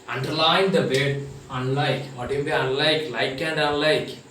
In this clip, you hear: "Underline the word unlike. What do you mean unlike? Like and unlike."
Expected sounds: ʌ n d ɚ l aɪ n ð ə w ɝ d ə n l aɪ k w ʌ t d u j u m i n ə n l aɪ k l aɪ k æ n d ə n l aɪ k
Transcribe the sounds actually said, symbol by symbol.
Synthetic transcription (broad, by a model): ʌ n d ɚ l aɪ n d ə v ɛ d ə n l aɪ k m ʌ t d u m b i ə n l aɪ k l aɪ k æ n d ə n l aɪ k